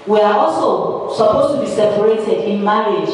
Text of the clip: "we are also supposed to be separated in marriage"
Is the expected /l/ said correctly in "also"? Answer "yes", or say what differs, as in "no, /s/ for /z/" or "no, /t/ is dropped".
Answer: yes